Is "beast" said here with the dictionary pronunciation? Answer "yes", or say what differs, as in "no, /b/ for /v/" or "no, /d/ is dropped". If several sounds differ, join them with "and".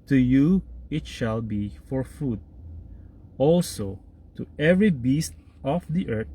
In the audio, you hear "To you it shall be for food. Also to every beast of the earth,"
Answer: yes